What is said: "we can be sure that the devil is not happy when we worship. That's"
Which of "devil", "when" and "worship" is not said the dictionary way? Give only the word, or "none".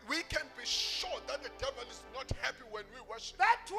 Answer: none